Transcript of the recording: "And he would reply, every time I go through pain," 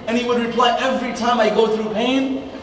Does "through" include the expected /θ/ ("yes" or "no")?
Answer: yes